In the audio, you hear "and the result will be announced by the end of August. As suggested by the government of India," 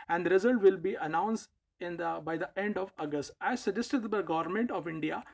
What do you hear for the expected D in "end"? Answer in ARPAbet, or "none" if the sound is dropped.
D